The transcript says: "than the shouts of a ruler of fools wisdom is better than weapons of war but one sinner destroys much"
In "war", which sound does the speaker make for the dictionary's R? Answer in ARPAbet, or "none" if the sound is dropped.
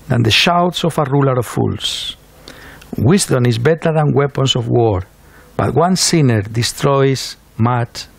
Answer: R